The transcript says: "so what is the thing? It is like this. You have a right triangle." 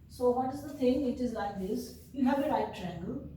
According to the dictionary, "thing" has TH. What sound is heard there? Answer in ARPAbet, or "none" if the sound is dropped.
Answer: T